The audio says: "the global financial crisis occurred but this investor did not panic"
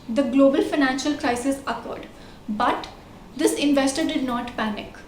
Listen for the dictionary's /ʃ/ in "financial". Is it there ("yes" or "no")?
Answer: yes